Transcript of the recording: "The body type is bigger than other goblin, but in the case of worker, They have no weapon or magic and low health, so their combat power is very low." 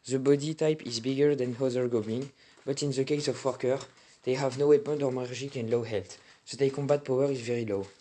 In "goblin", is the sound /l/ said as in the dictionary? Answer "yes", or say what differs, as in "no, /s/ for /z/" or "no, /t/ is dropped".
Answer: no, /l/ is dropped